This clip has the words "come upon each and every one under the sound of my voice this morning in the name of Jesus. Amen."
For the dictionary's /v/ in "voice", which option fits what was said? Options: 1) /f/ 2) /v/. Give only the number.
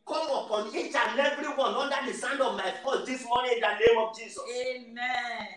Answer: 1